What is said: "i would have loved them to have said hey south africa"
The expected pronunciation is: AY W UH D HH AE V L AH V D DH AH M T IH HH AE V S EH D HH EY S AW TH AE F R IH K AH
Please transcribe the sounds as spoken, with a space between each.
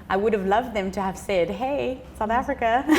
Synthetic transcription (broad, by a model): AY W UH D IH V L AH V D DH AH M T IH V S EH D HH EY S AW TH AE F R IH K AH